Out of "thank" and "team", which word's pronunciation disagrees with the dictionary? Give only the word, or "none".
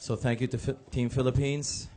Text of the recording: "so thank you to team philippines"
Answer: none